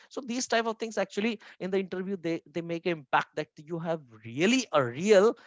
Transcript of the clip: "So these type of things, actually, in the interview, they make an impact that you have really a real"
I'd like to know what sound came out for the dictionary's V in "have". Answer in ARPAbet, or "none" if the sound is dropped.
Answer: V